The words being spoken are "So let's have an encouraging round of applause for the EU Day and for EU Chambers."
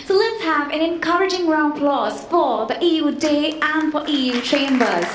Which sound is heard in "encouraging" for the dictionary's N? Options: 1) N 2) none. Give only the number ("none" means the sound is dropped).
1